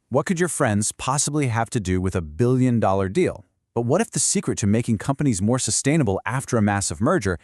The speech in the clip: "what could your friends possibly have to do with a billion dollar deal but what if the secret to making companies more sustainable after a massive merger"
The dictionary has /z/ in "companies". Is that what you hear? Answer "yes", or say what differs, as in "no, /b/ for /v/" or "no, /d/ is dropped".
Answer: yes